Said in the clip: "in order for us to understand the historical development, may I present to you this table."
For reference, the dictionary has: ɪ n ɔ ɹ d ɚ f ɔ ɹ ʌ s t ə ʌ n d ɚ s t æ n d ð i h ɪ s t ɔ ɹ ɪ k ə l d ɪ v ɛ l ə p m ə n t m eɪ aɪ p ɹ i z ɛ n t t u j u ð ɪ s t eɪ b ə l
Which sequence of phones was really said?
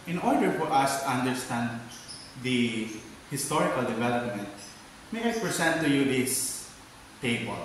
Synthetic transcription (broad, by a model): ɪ n ɔ ɹ d ɚ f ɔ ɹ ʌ s t ə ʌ n d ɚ s t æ n d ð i h ɪ s t ɔ ɹ ɪ k ə l d ɪ v ɛ l ə p m ə n t m eɪ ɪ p ɹ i s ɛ n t t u j u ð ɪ s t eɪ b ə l